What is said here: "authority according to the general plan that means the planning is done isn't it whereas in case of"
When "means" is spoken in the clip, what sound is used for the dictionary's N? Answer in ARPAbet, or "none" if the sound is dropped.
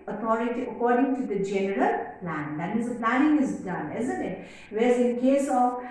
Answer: none